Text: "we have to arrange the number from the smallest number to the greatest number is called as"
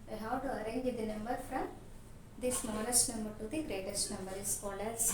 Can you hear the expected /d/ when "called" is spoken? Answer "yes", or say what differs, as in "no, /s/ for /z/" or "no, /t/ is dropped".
no, /d/ is dropped